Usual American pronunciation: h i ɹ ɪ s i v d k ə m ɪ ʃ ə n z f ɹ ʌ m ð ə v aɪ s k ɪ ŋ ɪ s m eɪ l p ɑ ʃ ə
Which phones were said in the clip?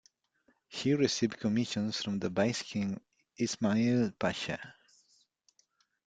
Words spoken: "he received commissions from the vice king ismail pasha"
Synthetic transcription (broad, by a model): h i ɹ ɪ s i v d k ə m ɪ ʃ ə n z f ɹ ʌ m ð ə b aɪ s k ɪ ŋ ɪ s m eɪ l p ɑ ʃ ə